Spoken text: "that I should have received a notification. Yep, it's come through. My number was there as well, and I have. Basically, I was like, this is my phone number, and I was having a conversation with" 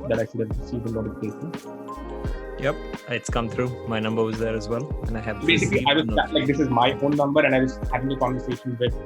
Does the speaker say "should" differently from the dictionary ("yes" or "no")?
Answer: yes